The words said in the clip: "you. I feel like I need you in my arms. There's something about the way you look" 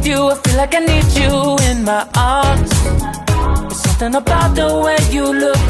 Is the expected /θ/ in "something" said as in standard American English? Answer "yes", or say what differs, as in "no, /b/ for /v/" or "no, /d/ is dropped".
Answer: yes